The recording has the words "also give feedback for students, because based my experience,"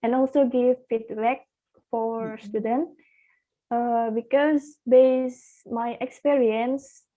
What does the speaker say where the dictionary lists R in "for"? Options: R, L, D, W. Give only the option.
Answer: R